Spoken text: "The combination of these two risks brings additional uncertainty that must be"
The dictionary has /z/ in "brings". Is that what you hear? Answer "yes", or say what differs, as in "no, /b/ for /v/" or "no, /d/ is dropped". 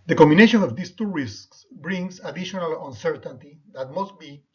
no, /s/ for /z/